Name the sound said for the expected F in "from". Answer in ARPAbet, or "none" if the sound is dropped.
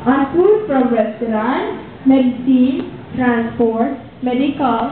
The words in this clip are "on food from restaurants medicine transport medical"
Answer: P